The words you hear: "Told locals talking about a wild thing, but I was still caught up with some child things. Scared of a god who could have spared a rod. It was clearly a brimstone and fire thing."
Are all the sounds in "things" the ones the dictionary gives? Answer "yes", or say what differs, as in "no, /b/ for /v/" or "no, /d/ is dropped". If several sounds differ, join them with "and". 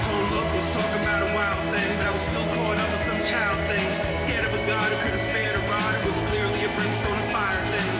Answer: yes